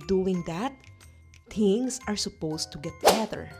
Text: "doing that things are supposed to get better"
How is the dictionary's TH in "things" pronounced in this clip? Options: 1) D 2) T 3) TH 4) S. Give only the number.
2